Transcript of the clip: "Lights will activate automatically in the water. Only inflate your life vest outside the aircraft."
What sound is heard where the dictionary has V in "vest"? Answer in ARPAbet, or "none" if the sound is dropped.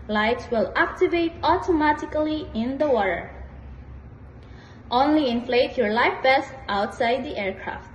B